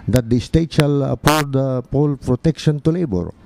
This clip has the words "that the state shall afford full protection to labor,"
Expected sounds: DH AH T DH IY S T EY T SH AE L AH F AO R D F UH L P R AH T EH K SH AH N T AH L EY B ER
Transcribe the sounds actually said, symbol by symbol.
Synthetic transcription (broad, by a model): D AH T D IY S T EY T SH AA L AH P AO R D P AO L P R AH T EH K SH AH N T AH L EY B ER